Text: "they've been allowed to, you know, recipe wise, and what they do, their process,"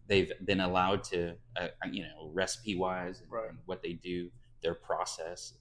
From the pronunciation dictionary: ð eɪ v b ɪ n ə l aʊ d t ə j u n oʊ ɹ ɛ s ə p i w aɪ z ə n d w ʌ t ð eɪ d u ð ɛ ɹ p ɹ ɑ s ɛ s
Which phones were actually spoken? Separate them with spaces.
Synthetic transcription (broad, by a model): ð eɪ v b ɪ n ə l aʊ d t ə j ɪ n oʊ ɹ ɛ s ə p i w aɪ z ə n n w ʌ t ð eɪ d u ð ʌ ɹ p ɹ ɑ s ɛ s